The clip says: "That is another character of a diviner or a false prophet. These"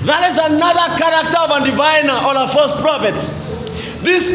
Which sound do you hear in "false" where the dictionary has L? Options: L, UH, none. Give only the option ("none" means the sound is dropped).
none